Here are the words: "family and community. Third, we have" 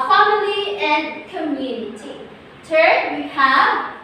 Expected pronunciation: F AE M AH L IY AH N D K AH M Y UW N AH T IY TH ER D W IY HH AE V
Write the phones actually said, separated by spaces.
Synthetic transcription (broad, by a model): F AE M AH L IY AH N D K AH M Y UW N AH T IY T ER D W IY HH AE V